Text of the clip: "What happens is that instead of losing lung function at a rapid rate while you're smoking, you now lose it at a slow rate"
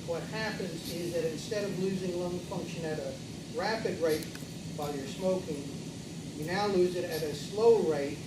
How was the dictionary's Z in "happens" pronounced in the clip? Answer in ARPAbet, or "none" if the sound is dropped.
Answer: Z